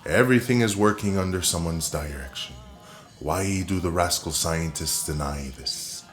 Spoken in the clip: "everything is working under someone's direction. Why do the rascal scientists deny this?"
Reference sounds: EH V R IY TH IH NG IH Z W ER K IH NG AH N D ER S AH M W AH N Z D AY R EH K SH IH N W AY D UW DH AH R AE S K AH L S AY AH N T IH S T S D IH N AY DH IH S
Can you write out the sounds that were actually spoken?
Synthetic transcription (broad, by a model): EH V R IY TH IH NG IH Z W ER K IH NG AH N D ER S AH M W AH N Z D AY R EH K SH IH N W AY D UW DH AH R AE S K L S AY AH N T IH S T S D IH N AY DH IH S